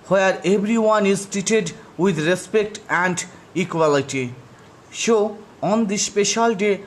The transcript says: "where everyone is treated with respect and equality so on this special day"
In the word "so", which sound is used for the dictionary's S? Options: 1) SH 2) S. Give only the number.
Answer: 1